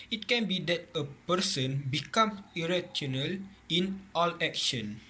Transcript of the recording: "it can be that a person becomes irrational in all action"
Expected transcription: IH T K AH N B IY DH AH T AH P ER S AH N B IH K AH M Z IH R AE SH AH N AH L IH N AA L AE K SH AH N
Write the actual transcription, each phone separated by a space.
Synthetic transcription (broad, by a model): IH T K AH N B IY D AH T AH P ER S AH N B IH K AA M IH R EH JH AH N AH L IH N AA L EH K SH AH N